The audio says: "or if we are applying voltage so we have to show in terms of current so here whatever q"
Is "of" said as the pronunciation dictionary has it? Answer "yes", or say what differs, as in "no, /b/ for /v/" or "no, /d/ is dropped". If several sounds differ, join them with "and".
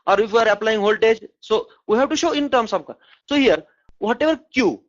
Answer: no, /b/ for /v/